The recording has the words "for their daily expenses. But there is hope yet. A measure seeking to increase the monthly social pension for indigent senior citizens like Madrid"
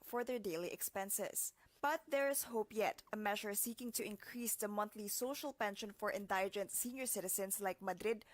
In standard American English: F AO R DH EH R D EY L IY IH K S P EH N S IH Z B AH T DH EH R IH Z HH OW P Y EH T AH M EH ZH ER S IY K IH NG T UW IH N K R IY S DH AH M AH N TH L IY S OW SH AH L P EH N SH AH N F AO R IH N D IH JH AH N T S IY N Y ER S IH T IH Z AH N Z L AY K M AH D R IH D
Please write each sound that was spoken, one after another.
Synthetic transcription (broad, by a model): F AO R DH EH R D EY L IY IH K S P EH N S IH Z B AH T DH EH R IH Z HH OW P Y EH T AH M EH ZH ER S IY K IH NG T UW IH N K R IY S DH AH M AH N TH L IY S OW SH AH L P EH N SH AH N F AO R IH N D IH JH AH N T S IY N Y ER S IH T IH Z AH N S L AY K M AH D R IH D